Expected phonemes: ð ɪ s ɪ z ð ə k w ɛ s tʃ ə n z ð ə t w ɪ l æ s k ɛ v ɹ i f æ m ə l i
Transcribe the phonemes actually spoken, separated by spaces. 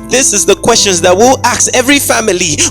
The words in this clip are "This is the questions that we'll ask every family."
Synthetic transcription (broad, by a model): ð ɪ s ɪ z ð ə k w ɛ s tʃ ə n z ð ə t w ɪ l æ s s ɛ v ɹ i f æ m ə l i